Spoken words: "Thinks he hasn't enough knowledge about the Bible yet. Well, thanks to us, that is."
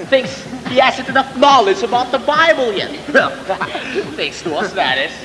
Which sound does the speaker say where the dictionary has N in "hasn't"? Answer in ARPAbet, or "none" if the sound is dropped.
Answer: none